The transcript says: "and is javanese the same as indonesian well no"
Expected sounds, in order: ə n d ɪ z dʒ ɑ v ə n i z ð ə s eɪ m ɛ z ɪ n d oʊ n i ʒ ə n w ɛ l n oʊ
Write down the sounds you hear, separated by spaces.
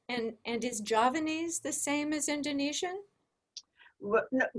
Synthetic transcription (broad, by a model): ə n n ɪ z dʒ ɑ v ə n i z ð ə s eɪ m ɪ z ɪ n d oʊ n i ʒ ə n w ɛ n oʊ